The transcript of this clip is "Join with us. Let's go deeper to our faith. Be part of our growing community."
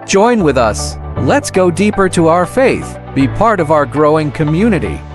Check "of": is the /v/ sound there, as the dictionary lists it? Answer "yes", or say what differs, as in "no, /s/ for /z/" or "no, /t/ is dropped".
yes